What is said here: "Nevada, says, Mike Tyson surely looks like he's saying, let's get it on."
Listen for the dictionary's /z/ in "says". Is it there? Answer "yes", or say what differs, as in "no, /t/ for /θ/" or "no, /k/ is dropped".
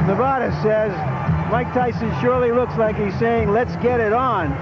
yes